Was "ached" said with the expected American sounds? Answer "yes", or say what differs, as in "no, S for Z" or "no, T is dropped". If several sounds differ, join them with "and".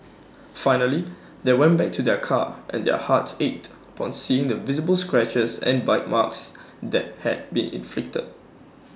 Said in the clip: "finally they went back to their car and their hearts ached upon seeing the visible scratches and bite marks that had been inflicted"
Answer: no, K is dropped